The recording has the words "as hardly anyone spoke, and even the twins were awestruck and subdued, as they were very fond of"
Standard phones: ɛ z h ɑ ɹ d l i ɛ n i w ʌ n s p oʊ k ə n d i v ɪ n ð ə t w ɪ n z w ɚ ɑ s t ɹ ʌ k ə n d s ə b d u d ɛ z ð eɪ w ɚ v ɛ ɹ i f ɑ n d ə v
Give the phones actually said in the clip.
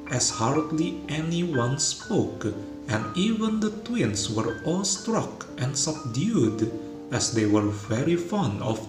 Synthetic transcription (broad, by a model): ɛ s h ɑ ɹ d l i ɛ n i w ʌ n s p oʊ k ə n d i v ɪ n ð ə t w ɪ n s w ɚ ɑ s t ɹ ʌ k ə n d s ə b d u d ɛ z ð eɪ w ɚ v ɛ ɹ i f ɑ n d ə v